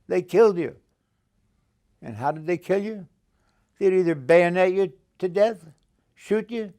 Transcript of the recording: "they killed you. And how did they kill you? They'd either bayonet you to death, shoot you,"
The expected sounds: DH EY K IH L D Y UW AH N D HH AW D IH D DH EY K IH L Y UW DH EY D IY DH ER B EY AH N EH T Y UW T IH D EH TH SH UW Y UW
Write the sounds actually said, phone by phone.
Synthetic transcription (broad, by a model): DH EY K IH L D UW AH N HH AW D IH D DH EY K IH L Y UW DH EY D IY DH ER B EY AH N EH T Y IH T IH D EH TH SH UW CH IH